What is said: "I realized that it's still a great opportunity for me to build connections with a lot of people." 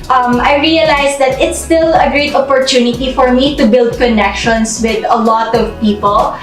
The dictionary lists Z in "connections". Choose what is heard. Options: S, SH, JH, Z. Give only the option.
S